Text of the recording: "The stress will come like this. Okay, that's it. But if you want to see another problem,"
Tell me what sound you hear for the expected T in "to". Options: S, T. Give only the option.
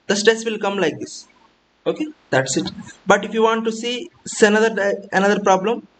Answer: S